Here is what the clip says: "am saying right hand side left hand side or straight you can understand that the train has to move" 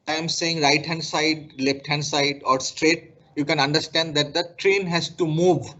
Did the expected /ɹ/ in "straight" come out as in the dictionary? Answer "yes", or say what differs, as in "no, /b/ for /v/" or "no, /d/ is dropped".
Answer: yes